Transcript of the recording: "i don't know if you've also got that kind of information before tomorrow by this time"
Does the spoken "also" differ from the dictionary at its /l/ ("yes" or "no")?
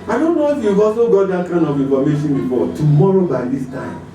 yes